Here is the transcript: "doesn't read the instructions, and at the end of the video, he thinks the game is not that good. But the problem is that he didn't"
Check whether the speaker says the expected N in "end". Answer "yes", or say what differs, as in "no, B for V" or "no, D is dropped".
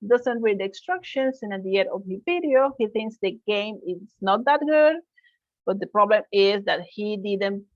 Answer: no, N is dropped